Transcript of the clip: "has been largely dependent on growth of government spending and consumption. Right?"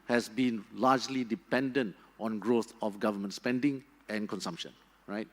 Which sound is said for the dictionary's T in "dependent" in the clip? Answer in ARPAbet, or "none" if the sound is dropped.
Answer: T